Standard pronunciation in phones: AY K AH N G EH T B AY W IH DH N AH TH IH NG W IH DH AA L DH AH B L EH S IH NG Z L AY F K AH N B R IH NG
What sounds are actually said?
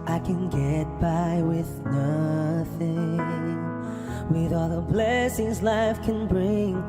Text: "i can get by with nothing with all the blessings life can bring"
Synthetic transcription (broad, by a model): AY K AH N G EH T B AY W IH DH N AH TH IH NG W IH DH AA L DH AH B L EH S IH NG Z L AY F K AH N B R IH NG